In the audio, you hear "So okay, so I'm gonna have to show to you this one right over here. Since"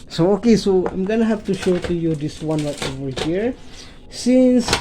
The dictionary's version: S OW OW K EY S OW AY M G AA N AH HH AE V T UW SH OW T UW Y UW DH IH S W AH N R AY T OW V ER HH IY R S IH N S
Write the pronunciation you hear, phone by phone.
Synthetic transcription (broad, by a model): S OW OW K EY S OW AY M G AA N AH HH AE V T UW SH OW T UW Y UW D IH S W AH N L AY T OW V ER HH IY R S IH N S